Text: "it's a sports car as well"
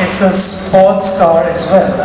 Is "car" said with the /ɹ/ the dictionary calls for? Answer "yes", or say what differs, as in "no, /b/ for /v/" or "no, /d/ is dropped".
yes